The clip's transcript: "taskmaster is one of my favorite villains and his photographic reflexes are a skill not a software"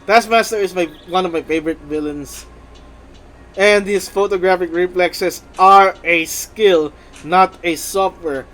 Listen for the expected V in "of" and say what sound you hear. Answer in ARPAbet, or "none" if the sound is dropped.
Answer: V